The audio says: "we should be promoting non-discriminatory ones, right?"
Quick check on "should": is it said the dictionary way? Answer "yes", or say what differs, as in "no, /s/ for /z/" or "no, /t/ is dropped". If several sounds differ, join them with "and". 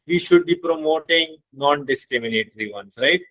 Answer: yes